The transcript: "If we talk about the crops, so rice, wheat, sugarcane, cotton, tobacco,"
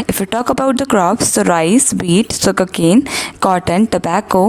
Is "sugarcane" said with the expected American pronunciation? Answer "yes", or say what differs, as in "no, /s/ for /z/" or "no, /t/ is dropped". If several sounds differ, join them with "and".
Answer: no, /s/ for /ʃ/